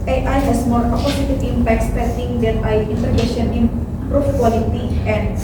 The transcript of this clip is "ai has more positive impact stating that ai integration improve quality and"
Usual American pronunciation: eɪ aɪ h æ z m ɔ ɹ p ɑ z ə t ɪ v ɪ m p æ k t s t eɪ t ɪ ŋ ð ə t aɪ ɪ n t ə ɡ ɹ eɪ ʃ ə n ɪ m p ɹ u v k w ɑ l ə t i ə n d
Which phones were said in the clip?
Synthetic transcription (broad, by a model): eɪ aɪ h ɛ s m ɔ ɹ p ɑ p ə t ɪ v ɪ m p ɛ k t s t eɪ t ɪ ŋ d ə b aɪ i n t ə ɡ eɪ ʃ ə n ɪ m p ɹ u f k w ɑ l ə t i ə n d